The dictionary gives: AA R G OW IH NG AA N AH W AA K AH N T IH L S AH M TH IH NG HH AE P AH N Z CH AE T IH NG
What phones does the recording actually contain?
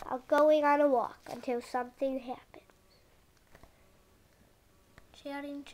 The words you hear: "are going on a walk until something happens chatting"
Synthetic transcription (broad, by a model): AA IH G OW IH NG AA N AH W AA K AH N T IH L S AH M TH IH NG HH AE P AH N Z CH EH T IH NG